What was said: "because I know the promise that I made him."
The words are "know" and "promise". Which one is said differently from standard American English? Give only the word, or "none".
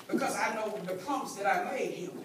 promise